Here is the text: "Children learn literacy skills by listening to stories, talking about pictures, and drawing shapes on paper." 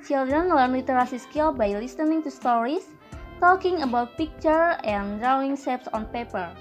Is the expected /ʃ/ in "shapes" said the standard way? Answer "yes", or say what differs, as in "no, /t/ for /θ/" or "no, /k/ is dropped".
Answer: no, /s/ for /ʃ/